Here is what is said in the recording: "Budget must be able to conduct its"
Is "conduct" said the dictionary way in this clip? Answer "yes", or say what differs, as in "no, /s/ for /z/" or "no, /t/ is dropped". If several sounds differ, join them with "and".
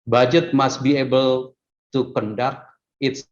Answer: no, /t/ is dropped